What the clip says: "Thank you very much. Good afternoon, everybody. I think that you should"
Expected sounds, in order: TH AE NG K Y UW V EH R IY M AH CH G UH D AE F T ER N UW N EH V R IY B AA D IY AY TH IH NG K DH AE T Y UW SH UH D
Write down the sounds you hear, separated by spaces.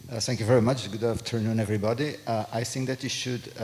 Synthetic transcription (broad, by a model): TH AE NG K Y UW V EH R IY M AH CH G UH D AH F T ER N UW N EH V R IY B AA D IY AY TH IH NG K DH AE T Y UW SH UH D